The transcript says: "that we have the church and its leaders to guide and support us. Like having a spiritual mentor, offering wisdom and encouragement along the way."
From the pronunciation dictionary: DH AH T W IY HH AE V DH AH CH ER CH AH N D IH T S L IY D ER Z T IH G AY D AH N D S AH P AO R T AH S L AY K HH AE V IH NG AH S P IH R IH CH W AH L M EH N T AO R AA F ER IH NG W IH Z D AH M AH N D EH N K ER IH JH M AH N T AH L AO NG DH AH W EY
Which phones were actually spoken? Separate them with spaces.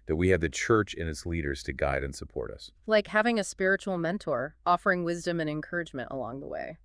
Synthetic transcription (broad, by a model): DH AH T W IY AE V DH AH CH ER CH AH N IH T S L IY D ER Z T IH G AY D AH N S AH P AO R T AH S L AY K HH AE V IH NG AH S P IH R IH CH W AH L M EH N T AO R AA F ER IH NG W IH Z D AH M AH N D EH N K ER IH JH M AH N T AH L AO NG DH AH W EY